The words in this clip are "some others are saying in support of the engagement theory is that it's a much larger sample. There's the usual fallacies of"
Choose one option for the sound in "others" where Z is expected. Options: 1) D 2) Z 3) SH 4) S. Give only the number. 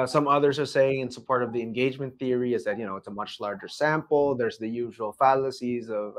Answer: 2